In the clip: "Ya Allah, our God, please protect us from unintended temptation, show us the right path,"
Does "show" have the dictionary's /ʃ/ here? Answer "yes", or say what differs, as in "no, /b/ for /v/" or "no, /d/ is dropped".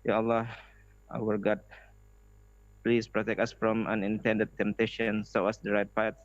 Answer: no, /s/ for /ʃ/